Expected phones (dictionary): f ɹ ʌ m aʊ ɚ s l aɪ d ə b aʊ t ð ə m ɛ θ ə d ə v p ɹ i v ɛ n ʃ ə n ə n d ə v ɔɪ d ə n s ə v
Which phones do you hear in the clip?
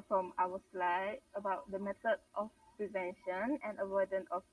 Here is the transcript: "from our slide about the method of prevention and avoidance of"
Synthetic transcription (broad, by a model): f ɹ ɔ m aʊ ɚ s l aɪ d ə b aʊ t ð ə m ɛ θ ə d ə f p ɹ i v ɛ n ʃ ə n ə n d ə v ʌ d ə n ə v